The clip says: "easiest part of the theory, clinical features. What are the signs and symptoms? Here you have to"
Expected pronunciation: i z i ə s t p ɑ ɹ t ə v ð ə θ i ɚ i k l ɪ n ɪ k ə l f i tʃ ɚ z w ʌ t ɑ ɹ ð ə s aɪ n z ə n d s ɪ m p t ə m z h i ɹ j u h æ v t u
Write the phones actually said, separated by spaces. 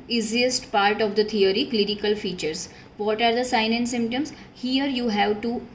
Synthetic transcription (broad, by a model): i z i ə s t p ɑ ɹ t ə v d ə t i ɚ i k l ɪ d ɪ k ə l f i tʃ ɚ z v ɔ t ɑ ɹ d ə s aɪ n ə n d s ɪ m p t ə m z h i ɹ j u h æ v t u